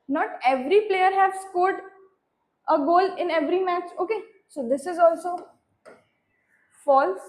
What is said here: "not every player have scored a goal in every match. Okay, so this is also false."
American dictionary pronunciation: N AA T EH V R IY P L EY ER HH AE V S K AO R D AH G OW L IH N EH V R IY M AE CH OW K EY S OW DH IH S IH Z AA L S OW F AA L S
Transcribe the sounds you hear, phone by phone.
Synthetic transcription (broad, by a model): N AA T EH V R IY P L EY ER HH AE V S K AO R D AH G OW L IH N EH V R IY M AE CH OW K EY S OW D IH S IH Z AA L S OW F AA L S